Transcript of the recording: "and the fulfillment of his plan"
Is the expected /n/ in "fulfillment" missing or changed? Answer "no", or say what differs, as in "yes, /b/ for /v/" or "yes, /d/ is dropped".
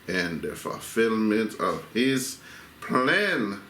no